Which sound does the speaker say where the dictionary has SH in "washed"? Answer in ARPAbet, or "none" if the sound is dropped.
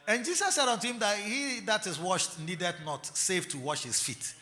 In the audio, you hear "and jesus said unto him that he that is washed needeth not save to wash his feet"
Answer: SH